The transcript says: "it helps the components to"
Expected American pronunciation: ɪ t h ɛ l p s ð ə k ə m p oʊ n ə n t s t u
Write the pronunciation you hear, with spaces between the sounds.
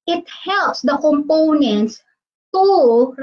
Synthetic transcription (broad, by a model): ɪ t h ɛ l p s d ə k ə m p oʊ n ə n t s t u